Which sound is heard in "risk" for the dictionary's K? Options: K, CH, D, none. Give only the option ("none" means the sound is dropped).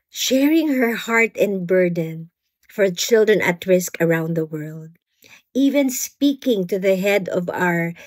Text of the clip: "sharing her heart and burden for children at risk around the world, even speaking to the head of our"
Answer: K